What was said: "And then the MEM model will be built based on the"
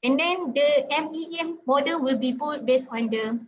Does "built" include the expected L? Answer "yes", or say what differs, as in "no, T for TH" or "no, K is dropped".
no, L is dropped